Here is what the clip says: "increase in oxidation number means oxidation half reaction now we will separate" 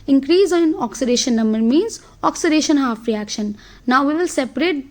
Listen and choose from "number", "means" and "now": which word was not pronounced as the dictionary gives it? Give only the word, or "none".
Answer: none